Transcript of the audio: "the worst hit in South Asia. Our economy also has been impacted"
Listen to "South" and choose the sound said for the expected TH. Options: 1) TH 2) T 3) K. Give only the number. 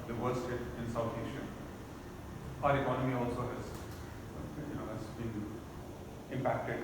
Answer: 2